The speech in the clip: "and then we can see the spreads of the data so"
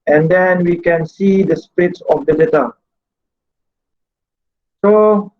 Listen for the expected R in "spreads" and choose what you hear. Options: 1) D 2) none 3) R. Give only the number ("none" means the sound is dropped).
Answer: 2